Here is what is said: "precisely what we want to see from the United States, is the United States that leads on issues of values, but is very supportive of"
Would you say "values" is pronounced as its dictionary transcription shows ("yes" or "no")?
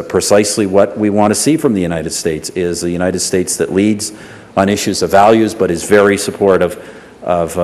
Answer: yes